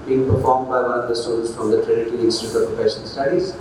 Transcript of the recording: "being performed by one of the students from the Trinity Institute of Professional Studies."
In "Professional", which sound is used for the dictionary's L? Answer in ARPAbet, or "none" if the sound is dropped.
N